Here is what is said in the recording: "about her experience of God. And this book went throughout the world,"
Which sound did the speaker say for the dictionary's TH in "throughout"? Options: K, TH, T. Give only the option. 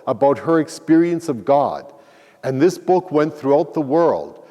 TH